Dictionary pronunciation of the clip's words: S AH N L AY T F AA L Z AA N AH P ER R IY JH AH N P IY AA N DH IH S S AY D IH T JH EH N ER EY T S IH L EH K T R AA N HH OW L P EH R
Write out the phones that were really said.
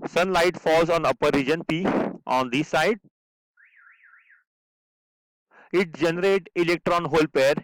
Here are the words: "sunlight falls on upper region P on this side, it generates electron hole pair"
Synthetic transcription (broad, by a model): S AH N L AY T F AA L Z AA N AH P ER R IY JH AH N P IY AA N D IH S S AY D IH T JH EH N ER EY T IH L EH K T R AA N HH OW L P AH R